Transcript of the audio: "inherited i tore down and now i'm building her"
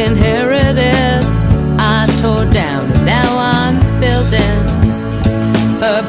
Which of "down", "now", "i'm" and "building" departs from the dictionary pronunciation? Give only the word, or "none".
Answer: down